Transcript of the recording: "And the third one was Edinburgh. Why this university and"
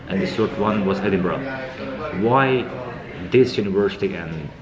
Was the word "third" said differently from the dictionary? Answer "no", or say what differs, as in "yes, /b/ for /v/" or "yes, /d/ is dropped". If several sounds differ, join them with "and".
yes, /s/ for /θ/